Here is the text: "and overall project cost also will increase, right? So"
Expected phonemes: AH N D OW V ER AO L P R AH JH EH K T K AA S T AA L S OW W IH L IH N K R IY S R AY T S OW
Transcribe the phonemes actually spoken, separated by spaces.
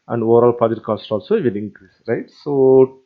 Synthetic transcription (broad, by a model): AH N D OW V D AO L P AH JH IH T K AA S T AA L S OW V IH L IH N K R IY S R AY T S OW